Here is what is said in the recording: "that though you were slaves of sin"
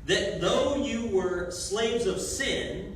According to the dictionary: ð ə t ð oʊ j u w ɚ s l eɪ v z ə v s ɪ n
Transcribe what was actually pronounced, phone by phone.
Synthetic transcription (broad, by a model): ð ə t ð oʊ j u w ɚ s l eɪ v z ə v s ɪ n